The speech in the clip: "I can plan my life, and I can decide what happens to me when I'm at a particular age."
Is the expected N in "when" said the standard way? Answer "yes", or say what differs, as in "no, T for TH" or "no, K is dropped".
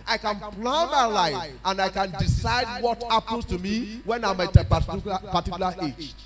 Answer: yes